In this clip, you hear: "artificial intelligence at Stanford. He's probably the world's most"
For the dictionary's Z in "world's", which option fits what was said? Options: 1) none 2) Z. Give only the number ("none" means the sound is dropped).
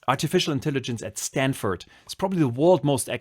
1